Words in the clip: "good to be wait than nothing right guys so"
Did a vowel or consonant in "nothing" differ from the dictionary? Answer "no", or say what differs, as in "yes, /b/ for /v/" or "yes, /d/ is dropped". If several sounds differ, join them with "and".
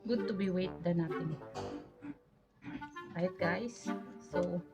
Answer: yes, /t/ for /θ/